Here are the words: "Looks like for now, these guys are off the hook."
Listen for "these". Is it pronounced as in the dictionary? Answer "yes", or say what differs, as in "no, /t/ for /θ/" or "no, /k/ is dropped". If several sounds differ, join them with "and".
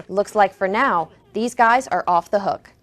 yes